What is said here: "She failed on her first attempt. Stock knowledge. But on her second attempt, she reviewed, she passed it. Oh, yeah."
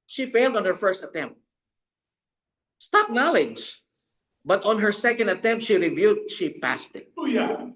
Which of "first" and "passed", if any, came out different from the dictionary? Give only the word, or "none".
none